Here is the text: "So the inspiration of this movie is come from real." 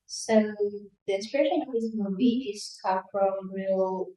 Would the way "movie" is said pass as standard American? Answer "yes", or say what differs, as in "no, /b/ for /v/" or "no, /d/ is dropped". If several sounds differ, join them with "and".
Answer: no, /b/ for /v/